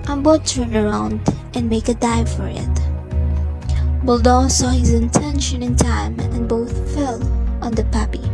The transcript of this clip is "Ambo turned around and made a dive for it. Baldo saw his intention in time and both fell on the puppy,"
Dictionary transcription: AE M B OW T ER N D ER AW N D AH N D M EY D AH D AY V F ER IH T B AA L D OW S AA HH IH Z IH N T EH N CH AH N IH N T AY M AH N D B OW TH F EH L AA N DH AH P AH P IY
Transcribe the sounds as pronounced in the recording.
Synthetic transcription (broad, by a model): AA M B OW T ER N ER AW N D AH N M EY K AH D AY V F ER IH T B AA L D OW S AA HH IH Z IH N T EH N SH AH N IH N T AY M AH N B OW TH F EH L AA N DH AH P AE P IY